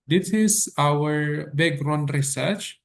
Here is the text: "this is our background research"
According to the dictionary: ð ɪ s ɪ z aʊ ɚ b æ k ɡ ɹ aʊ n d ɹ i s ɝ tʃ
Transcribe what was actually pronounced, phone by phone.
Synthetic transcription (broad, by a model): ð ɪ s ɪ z aʊ ɚ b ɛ ɡ ɹ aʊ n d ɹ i s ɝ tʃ